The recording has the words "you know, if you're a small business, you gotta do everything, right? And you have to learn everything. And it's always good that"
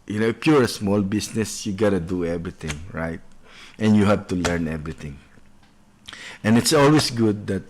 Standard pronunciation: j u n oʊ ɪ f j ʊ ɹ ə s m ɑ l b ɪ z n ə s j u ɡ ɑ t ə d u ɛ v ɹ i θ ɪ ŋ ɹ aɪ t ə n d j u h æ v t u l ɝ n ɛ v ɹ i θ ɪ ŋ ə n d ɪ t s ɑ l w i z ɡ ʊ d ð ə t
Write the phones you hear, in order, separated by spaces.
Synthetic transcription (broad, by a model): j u n oʊ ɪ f j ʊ ɹ ə s m ɑ l b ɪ s n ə s j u ɡ ɑ t ə d u ɛ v ɹ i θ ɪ ŋ ɹ aɪ t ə n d j u h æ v t u l ɝ n ɛ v ɹ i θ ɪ ŋ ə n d ɪ t s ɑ l w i s ɡ ʊ d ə t